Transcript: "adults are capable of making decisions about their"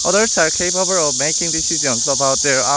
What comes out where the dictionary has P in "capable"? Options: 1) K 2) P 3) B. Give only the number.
3